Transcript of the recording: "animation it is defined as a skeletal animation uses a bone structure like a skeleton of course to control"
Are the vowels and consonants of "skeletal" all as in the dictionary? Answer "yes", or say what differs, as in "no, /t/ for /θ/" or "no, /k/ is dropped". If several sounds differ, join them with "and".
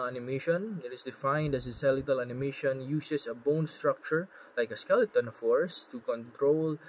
no, /k/ is dropped